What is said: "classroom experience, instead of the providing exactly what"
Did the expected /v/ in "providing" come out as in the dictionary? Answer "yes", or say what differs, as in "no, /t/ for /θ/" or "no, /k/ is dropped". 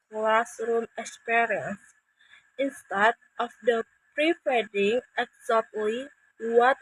no, /p/ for /v/